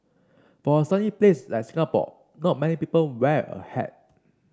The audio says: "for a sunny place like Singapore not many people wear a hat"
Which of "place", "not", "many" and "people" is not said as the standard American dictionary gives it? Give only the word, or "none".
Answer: none